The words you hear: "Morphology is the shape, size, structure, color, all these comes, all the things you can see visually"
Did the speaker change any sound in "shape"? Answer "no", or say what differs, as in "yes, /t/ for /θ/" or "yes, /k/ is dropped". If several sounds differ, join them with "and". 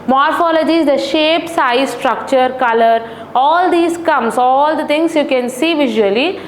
no